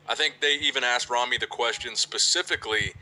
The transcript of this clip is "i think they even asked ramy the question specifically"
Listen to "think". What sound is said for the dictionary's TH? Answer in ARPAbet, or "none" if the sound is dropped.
TH